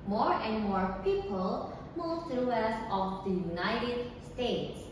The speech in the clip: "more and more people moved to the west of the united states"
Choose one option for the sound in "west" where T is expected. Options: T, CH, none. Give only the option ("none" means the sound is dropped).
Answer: none